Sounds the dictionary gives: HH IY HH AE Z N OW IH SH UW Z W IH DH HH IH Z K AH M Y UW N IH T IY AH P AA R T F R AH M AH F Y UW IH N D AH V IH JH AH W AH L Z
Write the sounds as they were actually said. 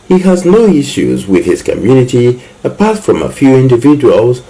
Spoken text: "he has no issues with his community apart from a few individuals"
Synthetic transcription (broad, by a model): HH IY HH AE Z N OW IH SH UW Z W IH DH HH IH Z K AH M Y UW N IH T IY AH P AA R T F R AH M AH F Y UW IH N D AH V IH JH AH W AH L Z